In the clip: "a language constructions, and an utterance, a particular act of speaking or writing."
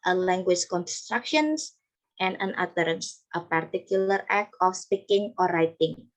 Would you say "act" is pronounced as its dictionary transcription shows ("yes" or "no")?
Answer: no